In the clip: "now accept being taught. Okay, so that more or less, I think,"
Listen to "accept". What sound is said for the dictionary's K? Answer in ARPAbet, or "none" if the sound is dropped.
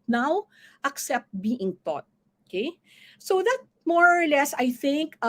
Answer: K